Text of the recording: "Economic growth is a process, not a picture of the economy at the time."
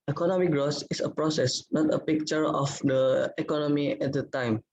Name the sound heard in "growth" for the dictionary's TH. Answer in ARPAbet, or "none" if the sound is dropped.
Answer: S